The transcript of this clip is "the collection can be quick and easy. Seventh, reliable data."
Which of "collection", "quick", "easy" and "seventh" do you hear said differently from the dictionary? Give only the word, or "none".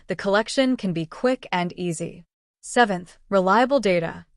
none